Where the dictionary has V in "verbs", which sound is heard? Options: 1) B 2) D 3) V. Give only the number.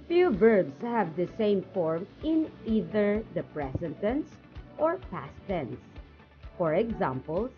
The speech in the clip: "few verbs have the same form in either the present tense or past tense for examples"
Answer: 1